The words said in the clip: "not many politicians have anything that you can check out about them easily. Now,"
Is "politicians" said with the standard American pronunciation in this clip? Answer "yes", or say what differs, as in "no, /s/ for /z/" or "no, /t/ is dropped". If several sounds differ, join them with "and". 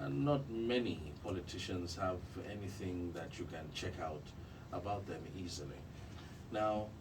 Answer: yes